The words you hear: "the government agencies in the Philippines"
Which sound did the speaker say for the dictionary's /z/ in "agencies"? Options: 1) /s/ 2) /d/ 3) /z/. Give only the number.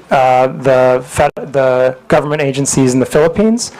3